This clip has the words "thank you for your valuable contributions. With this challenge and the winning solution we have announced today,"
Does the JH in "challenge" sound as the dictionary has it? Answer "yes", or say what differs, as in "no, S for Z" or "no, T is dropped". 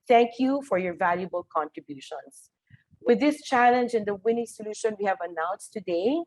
yes